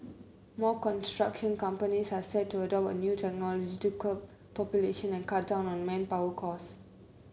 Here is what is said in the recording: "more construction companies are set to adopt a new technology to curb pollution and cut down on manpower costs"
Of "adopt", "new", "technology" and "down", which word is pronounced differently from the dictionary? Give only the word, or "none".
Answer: adopt